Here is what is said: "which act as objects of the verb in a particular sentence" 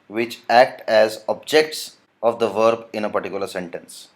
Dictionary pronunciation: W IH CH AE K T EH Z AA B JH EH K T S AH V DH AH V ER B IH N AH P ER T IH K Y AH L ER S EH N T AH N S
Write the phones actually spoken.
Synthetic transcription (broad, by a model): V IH CH AE K T EH Z AA B JH EH K T S AH V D AH V ER B IH N AH P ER T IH K Y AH L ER S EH N T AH N S